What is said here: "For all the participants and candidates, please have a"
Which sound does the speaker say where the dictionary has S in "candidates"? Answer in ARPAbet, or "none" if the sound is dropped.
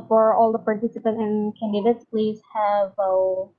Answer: S